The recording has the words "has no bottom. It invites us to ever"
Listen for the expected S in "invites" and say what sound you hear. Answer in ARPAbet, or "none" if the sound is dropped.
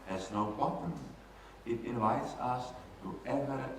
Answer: S